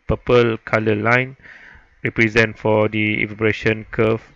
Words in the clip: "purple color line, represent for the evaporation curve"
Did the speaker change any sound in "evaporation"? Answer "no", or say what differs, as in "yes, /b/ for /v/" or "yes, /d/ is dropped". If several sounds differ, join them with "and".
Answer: yes, /b/ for /p/